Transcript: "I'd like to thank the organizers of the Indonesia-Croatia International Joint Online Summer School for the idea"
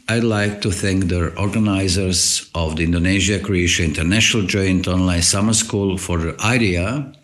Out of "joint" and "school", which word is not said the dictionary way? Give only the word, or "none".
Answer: none